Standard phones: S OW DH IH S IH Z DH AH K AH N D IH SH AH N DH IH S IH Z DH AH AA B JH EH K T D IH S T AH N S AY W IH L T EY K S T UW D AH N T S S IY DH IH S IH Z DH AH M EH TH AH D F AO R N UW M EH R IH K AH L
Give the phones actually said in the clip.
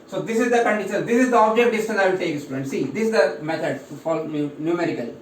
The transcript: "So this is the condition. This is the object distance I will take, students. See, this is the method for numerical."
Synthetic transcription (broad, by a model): S OW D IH S IH Z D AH K AH N D IH SH AH N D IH S IH Z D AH AA B JH EH K T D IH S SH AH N AY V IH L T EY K S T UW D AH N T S S IY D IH S IH Z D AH M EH T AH D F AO L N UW M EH R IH K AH L